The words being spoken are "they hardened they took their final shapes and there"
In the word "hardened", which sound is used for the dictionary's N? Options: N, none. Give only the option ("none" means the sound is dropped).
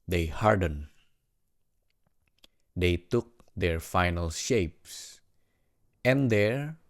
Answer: N